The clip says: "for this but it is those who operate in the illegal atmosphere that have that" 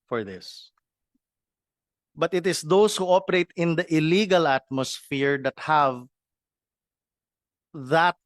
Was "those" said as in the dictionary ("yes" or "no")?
no